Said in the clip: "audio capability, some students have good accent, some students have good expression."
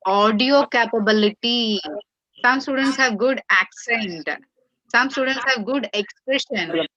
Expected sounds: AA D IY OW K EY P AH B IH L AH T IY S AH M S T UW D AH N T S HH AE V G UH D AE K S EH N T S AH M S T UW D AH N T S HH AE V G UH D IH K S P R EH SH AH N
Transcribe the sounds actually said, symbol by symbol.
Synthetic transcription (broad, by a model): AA D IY OW K EY P AH B IH L AH T IY S AH M S T UW D AH N T S HH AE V G UH D AE K S EH N T S AH M S T UW D AH N T S HH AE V G UH D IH K S P R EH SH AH N